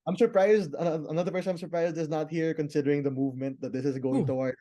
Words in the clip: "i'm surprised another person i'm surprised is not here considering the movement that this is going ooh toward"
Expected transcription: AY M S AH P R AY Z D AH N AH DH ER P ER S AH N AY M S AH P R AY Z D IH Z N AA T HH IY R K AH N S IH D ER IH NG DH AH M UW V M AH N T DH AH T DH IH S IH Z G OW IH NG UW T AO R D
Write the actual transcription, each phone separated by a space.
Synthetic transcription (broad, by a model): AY M S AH P R AY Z D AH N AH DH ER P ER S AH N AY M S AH P R AY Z D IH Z N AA T HH IY R K AH N S IH D ER IH NG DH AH M UW V M AH N T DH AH T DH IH S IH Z G OW IH NG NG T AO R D